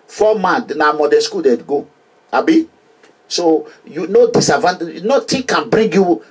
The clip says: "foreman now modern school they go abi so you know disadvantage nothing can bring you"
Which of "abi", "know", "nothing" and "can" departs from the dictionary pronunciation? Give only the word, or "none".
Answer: nothing